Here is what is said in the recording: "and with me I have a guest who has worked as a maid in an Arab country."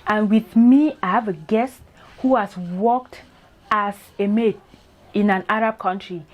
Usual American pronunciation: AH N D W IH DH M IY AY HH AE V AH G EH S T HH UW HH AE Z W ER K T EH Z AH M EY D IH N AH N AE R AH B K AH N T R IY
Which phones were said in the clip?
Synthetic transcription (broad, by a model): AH N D W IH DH M IY AY HH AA V AH G EH S T HH UW HH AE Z W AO K T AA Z AH M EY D IH N AH N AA R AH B K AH N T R IY